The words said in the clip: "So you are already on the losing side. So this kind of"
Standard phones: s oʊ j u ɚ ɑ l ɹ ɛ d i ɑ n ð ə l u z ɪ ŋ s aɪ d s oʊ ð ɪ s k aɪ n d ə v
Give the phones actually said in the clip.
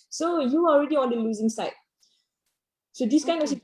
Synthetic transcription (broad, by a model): s oʊ j u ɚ ɑ l ɹ ɛ d i ɑ n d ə l u z ɪ ŋ s aɪ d s oʊ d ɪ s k aɪ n ə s